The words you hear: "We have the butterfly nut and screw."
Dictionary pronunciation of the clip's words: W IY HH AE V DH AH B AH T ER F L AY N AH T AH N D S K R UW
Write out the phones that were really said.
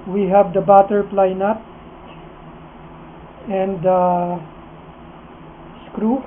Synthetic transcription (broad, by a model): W IY HH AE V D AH B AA T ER P L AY N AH T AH N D S K R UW